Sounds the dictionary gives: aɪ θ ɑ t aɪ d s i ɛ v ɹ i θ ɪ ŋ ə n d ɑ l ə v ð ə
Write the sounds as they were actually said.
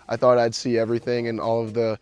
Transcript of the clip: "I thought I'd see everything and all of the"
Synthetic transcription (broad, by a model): aɪ θ ɑ t aɪ d s i ɛ v ɹ i θ ɪ ŋ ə n ɑ l ə v ð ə